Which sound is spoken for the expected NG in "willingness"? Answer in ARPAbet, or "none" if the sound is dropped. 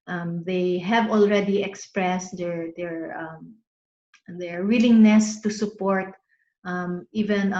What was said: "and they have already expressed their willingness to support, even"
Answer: NG